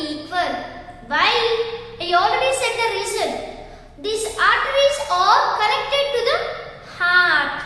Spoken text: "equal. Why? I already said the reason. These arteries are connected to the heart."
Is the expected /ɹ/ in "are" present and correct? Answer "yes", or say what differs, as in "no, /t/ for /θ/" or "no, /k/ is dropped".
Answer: no, /l/ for /ɹ/